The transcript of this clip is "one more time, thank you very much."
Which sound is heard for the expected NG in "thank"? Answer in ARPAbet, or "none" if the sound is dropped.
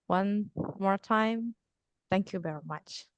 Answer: NG